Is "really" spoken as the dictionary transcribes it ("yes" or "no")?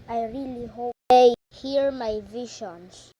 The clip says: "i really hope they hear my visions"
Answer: yes